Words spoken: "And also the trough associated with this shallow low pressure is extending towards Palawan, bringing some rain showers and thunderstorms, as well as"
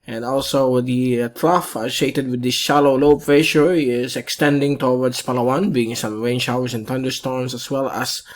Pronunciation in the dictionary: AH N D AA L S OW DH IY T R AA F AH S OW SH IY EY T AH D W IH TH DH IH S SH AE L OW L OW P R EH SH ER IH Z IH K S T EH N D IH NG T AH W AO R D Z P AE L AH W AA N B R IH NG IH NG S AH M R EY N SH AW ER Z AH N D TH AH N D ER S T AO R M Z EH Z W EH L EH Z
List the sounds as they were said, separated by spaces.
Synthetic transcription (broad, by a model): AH N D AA L S OW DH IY T R AA F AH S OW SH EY T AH D W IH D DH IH S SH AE L OW L OW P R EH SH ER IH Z IH K S T EH N D IH NG T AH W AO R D S P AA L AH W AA N B IY IH NG S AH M R EY N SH AW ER S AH N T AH N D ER S T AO R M S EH S W EH L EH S